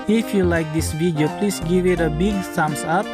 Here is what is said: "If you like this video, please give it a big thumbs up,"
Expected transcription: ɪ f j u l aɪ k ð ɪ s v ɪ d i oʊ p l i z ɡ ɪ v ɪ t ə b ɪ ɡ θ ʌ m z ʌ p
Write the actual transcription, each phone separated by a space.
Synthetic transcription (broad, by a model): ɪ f j u l aɪ k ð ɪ s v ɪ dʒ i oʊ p l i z ɡ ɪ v ɪ t ə b ɪ ɡ s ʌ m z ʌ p